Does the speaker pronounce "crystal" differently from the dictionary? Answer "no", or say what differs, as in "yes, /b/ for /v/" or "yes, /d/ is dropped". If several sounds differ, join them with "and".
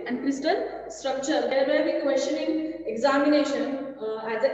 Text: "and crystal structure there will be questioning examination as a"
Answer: no